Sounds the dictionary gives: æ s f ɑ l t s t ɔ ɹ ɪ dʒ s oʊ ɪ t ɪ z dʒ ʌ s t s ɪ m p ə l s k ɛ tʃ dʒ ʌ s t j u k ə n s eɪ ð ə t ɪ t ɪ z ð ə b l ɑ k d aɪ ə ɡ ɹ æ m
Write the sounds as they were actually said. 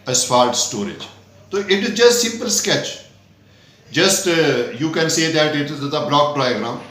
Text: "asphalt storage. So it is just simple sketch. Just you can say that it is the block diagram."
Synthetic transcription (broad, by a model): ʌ s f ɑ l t s t ɔ ɹ ɪ dʒ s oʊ ɪ t ɪ z dʒ ʌ s t s ɪ m p ə l s k ɛ tʃ dʒ ʌ s t j u k ə n s eɪ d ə t ɪ t ɪ z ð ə b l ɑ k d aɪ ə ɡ ɹ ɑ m